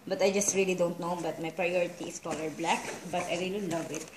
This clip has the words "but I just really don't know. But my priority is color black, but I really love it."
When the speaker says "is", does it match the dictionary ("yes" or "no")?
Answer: no